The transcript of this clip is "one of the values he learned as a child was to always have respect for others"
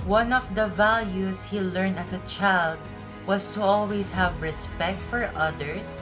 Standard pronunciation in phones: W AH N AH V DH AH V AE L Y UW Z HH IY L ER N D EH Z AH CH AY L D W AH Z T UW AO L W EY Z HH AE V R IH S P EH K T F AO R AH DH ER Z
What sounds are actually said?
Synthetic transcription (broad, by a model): W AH N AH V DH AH V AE L Y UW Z HH IY L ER N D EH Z AH CH AY L D W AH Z T UW AO L W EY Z HH AE V R IH S P EH K T F AO R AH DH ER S